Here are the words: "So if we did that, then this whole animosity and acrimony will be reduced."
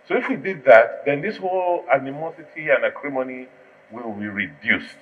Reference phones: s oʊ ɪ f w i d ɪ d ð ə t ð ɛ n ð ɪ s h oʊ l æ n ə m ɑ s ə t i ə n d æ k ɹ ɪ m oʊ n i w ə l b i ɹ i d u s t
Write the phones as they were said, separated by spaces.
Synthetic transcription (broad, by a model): s oʊ ɪ f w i d ɪ d ð ə t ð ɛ n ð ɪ s h oʊ l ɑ n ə m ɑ s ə t i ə n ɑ k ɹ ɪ m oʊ n i w ə l b i ɹ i d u s t